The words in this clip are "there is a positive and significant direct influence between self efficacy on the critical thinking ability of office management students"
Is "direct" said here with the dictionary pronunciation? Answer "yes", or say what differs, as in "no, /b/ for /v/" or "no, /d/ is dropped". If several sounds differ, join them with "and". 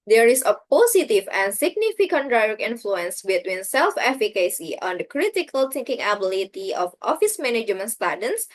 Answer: no, /t/ is dropped